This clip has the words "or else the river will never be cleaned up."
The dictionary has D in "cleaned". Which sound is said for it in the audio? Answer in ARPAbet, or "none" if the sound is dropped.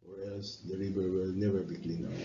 none